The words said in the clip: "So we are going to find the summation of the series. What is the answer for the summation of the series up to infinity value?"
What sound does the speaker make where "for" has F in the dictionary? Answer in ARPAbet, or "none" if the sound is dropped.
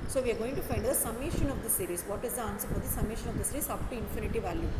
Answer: P